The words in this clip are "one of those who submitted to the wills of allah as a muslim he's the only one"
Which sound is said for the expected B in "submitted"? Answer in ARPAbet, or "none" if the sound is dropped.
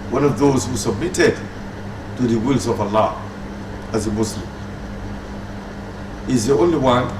B